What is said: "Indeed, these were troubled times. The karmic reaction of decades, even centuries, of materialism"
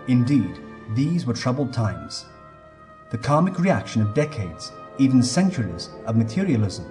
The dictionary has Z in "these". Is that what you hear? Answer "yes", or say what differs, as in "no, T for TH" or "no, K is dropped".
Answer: yes